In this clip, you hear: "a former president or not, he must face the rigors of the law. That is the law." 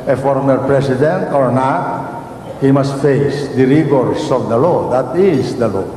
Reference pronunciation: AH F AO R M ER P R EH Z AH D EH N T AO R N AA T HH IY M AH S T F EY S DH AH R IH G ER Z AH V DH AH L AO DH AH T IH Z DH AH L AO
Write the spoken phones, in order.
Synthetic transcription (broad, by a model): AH F AO R M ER P R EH S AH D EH N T AO R N AA T HH IY M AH S T F EY S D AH R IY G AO S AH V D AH L AO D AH T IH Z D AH L AO